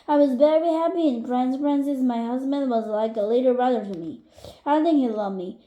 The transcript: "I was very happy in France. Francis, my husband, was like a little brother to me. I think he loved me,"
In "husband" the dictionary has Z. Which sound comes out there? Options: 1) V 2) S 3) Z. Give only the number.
3